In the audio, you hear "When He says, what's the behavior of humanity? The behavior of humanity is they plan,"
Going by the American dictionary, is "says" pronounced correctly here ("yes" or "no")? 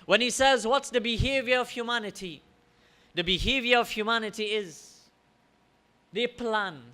yes